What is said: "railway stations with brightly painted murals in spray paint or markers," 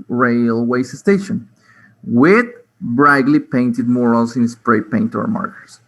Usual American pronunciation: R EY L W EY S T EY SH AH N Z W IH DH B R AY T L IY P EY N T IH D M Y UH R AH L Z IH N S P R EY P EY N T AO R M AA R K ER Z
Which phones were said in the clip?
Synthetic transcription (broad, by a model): R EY L W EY S T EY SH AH N W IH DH B R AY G L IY P EY N T IH D M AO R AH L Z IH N S P R EY P EY N T AO R M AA R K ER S